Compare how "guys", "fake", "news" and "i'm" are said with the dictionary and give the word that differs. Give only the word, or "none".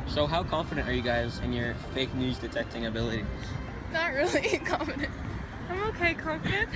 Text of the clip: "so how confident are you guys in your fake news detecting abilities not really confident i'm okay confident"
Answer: none